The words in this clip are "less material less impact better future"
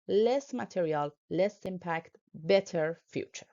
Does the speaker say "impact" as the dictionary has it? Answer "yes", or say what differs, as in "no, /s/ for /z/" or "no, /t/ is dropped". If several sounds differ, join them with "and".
yes